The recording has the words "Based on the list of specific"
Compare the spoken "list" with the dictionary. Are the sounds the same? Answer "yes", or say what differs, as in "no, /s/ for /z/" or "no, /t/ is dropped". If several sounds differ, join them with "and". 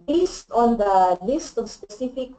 yes